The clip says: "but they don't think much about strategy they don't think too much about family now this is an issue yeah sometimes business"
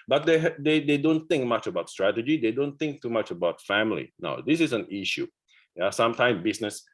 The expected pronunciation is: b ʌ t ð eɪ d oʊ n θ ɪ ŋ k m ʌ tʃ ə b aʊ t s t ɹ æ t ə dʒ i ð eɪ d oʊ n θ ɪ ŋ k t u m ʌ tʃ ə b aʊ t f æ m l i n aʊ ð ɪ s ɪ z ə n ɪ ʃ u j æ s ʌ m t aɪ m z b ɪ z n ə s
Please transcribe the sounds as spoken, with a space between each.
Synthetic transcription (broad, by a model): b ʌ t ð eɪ d oʊ n θ ɪ ŋ k m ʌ tʃ ə b aʊ t s t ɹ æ t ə dʒ i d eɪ d oʊ n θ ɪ ŋ k t u m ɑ tʃ ə b aʊ t f æ m l i n aʊ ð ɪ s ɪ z ə n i ʃ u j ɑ s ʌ m t aɪ m b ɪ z n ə s